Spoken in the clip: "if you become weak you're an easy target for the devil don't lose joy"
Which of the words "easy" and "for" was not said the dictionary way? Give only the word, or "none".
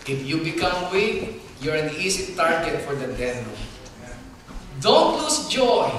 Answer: easy